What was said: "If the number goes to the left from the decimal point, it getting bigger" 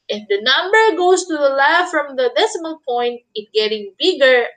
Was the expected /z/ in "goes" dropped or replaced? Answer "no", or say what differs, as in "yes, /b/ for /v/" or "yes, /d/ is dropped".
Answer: yes, /s/ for /z/